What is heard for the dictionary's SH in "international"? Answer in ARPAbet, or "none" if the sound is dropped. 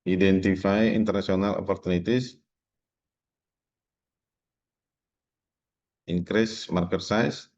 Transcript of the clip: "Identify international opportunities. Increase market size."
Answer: S